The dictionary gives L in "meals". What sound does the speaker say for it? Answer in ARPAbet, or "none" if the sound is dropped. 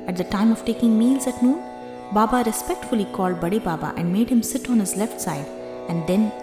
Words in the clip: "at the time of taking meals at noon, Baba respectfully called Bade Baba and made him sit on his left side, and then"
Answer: L